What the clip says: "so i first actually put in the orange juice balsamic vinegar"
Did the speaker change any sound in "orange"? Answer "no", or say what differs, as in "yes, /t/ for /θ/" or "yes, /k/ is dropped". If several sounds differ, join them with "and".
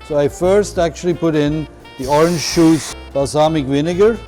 no